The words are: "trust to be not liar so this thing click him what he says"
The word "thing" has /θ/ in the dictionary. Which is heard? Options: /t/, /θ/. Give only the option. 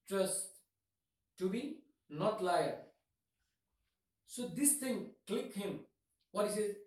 /t/